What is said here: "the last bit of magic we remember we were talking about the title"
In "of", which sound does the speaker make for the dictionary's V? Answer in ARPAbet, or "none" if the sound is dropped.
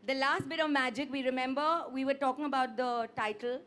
V